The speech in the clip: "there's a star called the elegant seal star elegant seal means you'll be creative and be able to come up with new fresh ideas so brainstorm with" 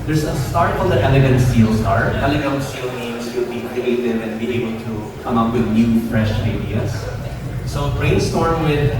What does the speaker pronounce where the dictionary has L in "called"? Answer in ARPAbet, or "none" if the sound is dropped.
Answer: N